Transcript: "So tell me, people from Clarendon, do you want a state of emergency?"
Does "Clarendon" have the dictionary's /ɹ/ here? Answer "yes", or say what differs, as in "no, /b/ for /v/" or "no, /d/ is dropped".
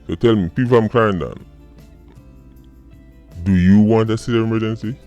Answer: no, /ɹ/ is dropped